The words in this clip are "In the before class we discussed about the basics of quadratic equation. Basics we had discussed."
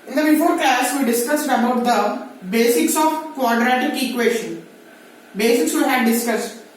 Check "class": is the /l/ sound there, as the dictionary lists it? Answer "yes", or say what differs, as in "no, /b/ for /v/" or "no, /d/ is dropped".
no, /l/ is dropped